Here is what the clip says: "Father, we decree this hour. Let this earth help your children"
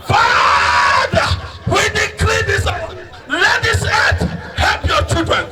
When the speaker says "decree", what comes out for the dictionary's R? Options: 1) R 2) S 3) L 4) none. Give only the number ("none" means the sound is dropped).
3